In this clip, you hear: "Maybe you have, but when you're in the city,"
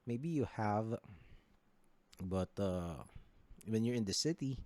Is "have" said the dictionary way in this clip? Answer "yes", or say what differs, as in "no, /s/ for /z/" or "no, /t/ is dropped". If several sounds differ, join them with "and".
yes